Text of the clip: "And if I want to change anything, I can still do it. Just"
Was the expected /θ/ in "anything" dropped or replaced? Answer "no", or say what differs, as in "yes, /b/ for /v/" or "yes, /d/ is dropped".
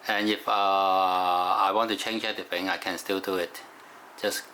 yes, /f/ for /θ/